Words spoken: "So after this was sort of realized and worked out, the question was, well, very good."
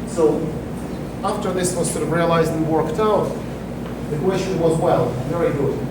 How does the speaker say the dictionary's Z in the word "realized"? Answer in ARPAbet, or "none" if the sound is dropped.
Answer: Z